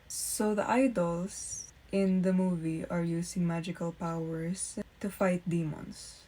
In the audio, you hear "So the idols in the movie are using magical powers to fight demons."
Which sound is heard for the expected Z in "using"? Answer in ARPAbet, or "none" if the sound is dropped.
S